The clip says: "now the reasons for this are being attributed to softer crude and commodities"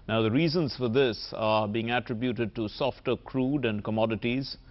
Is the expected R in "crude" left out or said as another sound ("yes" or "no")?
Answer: no